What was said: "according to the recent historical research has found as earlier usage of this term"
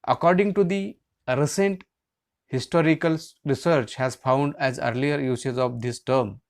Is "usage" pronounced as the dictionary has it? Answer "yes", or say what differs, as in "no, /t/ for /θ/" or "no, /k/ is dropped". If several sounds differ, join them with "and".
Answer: no, /z/ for /dʒ/